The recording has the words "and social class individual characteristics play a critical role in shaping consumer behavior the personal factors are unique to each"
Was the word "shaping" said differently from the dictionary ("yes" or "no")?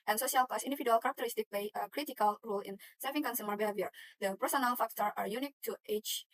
yes